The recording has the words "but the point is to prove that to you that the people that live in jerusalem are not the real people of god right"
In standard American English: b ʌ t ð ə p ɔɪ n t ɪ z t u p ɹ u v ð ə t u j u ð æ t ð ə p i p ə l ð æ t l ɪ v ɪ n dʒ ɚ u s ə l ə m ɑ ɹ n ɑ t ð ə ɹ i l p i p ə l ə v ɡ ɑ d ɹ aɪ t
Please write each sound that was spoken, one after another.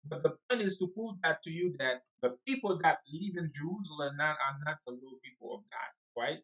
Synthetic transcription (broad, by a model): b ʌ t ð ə p ɔɪ n t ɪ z t u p u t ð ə t u j u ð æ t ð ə p i p ə l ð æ t l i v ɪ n dʒ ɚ u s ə l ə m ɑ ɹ n ɑ t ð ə l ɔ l p i p ə l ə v ɡ ɑ d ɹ aɪ t